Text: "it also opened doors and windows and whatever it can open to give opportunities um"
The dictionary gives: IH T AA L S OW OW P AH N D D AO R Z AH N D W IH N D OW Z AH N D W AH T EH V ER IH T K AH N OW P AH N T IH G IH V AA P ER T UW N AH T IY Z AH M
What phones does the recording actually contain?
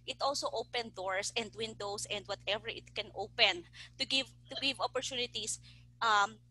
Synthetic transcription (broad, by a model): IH T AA L S OW OW P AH N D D AO R S AH N D W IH N D OW S AH N D W AH T EH V ER IH T K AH N OW P AH N T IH G IH V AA P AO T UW N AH T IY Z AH M